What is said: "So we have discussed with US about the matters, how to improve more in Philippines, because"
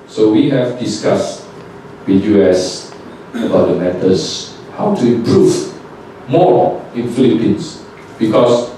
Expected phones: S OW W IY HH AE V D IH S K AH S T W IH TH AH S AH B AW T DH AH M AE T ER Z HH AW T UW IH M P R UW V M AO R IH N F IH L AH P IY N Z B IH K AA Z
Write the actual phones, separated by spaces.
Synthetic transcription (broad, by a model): S OW W IY HH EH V D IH S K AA S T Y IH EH S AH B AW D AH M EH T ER S HH AW T UW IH M P R UW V M AO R IH N F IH L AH P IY N S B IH K AA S